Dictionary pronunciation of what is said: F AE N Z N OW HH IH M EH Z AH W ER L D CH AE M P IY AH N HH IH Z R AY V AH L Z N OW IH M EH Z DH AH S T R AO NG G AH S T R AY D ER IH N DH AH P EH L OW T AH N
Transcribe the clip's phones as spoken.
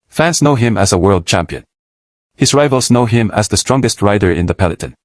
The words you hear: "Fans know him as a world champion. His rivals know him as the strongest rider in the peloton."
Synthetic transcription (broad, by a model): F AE N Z N OW HH IH M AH Z AH W ER L D CH AE M P IY AH N HH IH Z R AY V AH L Z N OW IH M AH Z DH AH S T R AO NG G AH S T R AY D ER IH N DH AH P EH L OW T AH N